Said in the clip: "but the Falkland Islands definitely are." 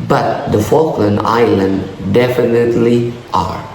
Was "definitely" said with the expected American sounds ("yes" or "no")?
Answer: yes